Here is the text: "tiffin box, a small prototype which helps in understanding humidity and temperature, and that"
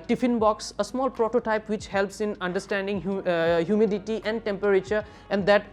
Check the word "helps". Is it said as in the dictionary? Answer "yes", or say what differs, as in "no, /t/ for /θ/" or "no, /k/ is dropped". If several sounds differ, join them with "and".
yes